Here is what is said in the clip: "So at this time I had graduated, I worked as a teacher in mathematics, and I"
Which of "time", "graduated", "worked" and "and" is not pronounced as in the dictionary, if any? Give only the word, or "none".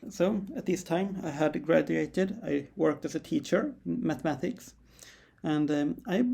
none